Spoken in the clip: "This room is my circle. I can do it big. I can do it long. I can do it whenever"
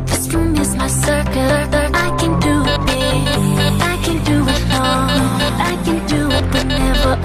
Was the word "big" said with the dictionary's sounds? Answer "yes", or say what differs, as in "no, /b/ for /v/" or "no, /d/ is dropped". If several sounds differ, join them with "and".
no, /ɡ/ is dropped